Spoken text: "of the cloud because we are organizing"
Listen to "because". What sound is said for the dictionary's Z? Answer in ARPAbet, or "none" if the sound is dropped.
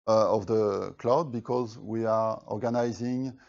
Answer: Z